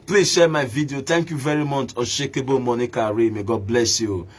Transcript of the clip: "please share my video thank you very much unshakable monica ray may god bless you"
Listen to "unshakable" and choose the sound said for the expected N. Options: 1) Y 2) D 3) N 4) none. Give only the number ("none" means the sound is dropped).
4